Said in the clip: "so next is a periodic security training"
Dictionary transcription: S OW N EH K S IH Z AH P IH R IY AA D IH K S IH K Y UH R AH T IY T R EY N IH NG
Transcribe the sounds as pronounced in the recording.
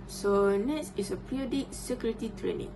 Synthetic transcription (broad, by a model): S OW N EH S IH S AH P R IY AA D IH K S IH K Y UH R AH T IY T R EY N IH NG